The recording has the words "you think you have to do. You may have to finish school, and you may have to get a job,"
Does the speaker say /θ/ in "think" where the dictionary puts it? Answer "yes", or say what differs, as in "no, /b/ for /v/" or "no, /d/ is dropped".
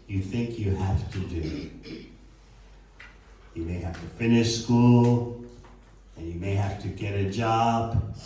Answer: yes